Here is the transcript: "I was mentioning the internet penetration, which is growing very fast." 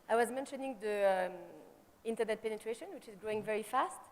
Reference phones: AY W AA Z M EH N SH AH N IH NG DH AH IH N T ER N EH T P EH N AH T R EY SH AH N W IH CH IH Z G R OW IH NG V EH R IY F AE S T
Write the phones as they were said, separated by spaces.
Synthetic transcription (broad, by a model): AY W AA Z M EH N SH AH N IH NG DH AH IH N T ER N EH T P EH N AH T R EY SH AH N W IH CH IH Z G R OW IH NG V EH R IY F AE S T